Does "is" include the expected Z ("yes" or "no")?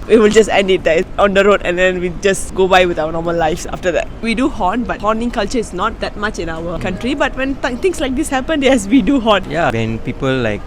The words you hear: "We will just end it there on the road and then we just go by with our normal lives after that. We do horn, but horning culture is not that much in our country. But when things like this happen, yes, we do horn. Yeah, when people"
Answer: no